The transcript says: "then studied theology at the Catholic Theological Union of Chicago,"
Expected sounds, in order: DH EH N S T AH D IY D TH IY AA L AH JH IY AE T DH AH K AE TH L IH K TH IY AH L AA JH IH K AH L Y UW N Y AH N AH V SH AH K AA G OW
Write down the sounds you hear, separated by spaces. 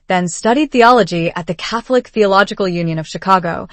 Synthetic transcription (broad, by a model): DH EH N S T AH D IY D TH IY AA L AH JH IY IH T DH AH K AE TH L IH K TH IY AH L AA JH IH K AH L Y UW N Y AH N AH V SH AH K AA G OW